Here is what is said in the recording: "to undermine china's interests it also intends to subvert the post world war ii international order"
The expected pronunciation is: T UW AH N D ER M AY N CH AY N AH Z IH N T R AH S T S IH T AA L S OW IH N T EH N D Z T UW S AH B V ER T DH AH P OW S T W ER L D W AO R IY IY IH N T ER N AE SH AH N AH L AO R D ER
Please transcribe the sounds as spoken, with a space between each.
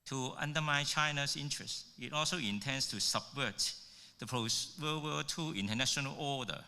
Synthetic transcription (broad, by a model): T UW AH N D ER M AY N CH AY N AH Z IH N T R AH S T IH T AA L S OW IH N T EH N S T UW S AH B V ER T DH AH P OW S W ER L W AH L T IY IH N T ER N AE SH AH N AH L AO D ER